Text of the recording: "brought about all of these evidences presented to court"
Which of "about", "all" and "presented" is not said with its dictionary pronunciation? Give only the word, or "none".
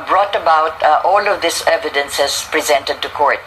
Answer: none